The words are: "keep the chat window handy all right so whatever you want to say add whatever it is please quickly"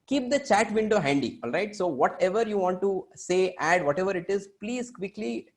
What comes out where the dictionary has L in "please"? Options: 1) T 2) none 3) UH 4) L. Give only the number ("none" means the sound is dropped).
4